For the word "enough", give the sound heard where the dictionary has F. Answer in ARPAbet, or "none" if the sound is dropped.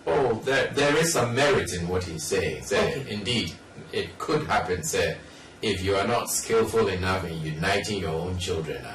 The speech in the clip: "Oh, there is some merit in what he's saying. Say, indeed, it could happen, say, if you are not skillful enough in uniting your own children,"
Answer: F